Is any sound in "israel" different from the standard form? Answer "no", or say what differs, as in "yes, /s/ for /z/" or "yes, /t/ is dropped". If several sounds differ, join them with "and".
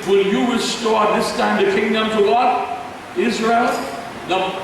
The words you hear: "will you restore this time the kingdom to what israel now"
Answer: no